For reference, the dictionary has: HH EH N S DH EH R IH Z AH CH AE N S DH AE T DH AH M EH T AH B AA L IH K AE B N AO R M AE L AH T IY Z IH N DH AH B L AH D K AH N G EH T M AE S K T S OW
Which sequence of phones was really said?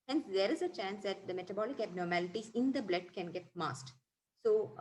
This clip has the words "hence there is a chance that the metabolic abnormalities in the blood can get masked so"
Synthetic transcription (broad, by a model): HH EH N S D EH R IH Z AH CH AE N S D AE T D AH M EH T AH B AA L IH K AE B N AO R M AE L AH T IY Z IH N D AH B L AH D K AH N G EH T M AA S T S OW